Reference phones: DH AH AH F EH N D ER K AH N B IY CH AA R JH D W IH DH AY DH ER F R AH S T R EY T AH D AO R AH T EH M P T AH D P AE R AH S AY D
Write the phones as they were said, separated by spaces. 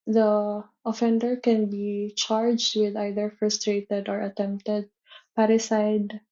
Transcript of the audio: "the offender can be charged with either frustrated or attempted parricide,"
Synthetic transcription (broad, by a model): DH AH AH F EH N D ER K AH N B IY CH AA R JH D W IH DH AY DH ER F R AH S T R EY T AH D AO R AH T EH M P T AH D P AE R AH S AY D